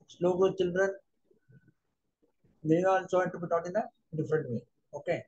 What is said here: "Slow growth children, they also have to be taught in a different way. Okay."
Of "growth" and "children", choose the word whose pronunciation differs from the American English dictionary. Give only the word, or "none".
growth